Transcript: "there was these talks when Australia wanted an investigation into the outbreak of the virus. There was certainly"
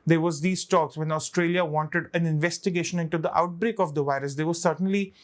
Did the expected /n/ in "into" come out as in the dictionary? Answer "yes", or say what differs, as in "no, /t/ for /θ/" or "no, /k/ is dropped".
yes